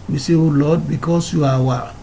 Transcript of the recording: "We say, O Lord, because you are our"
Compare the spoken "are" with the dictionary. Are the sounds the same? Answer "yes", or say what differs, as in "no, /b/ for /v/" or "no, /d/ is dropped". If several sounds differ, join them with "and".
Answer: no, /w/ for /ɹ/